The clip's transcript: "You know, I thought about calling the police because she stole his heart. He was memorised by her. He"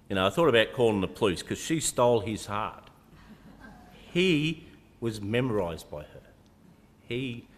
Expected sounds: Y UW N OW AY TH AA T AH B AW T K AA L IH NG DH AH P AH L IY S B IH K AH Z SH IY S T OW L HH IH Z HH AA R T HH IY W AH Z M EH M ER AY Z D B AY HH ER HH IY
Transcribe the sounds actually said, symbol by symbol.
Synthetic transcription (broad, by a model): Y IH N OW AY TH AA T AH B AW T K AA L IH NG DH AH P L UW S K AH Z SH IY S T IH L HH IH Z HH AA R T HH IY W AH Z M EH M ER AY Z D B AY ER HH IY